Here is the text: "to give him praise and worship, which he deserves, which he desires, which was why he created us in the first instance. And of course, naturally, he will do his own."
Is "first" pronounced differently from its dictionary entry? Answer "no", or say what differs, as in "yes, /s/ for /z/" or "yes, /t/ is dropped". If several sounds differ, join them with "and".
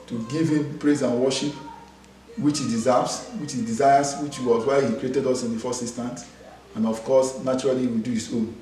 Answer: yes, /t/ is dropped